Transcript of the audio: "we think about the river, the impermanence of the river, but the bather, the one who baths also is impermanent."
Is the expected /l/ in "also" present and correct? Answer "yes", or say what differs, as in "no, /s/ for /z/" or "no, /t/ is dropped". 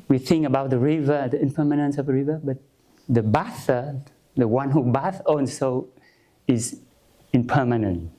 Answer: no, /n/ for /l/